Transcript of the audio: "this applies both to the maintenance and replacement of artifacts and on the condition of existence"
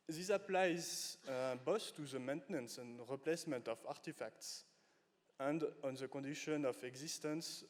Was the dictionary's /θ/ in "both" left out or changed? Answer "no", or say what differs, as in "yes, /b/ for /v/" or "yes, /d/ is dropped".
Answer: yes, /s/ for /θ/